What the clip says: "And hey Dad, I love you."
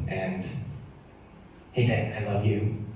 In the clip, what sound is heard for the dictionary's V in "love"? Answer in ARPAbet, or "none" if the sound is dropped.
V